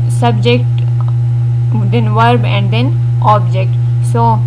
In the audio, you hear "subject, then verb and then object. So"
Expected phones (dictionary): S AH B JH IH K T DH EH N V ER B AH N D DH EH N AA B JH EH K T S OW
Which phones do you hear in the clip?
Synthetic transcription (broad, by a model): S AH B JH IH K T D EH N V ER B AH N D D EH N AA B JH EH K T S OW